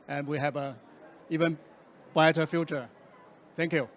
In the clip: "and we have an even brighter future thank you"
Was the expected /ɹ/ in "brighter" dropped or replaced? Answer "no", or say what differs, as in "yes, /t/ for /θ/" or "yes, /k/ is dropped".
yes, /ɹ/ is dropped